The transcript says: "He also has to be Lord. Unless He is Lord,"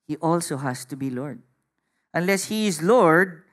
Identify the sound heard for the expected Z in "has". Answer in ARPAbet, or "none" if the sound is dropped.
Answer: S